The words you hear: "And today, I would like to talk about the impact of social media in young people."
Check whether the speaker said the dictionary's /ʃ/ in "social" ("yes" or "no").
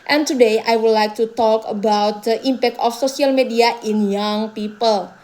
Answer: no